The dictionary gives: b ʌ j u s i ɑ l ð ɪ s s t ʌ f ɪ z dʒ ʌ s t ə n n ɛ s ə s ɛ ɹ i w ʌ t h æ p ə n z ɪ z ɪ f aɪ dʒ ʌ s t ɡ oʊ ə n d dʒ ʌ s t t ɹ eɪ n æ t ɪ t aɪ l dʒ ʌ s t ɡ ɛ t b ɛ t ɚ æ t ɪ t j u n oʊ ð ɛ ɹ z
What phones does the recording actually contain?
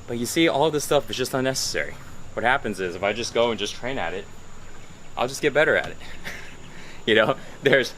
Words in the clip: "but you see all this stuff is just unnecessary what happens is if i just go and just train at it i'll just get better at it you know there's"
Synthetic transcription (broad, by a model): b ʌ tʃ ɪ s i ɑ l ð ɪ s s t ʌ f ɪ z dʒ ʌ s t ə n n ɛ s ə s ɛ ɹ i w ʌ t h æ p ə n z ɪ z ɪ f aɪ dʒ ʌ s ɡ oʊ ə n dʒ ʌ s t t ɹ eɪ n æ t ɪ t aɪ l dʒ ʌ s ɡ ɛ t b ɛ t ɚ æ t ɪ t j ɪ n oʊ ð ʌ ɹ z